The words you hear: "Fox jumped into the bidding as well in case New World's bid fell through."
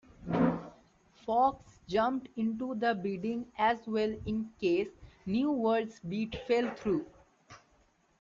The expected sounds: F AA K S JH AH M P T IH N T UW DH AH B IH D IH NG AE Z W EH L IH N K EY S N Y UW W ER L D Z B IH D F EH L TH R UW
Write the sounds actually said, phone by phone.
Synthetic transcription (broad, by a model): F AA K S JH AH M P T IH N T UW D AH B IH D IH NG AE Z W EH L IH N K EY S N Y UW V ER D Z B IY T F EH L T R UW